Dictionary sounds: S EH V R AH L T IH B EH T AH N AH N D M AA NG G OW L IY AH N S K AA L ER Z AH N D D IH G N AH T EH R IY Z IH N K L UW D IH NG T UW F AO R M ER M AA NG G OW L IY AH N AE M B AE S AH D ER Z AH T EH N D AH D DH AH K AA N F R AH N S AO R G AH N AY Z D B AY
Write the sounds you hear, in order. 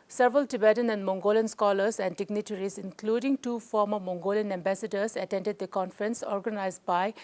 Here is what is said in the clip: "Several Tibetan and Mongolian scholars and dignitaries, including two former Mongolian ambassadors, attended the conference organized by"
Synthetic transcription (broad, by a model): S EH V R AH L T IH B EH T AH N AH N D M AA NG G OW L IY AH N S K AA L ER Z AH N D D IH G N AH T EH R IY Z IH N K L UW D IH NG T UW F AO R M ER M AA NG G OW L IY AH N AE M B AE S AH D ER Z AH T EH N D AH D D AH K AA N F R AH N S AO R G AH N AY Z D B AY